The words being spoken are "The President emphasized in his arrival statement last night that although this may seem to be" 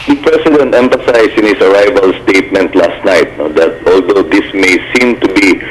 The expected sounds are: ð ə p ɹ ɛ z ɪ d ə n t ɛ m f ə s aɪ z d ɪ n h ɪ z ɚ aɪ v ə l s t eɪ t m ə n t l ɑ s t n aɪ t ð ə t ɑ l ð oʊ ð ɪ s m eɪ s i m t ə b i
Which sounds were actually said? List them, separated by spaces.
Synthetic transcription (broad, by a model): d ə p ɹ ɛ s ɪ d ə n t ɛ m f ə s aɪ s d ɪ n h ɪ s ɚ aɪ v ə l s t eɪ t m ə n t l ɑ s t n aɪ t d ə t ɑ l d oʊ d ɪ s m eɪ s i m t ə b i